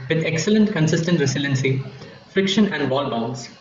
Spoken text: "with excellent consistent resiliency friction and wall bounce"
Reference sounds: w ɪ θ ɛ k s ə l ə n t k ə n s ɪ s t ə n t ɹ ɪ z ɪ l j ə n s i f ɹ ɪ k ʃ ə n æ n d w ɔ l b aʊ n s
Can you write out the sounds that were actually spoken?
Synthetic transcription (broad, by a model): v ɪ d ɛ k s ə l ə n t k ə n s ɪ s t ə n t ɹ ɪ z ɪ l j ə n s i f ɹ ɪ k ʃ ə n æ n d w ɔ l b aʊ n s